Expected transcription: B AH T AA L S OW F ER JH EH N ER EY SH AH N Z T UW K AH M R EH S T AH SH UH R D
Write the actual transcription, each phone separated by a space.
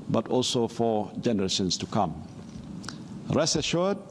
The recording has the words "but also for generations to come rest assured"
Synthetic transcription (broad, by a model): B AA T AA L S OW F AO JH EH N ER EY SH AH N S T UW K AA M R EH S AH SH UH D